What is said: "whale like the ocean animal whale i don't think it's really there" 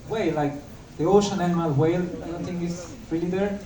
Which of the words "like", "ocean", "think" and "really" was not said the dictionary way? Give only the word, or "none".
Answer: think